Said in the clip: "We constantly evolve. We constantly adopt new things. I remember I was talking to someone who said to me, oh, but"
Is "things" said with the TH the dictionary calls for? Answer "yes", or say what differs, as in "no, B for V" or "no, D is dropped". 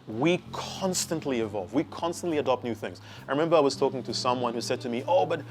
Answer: yes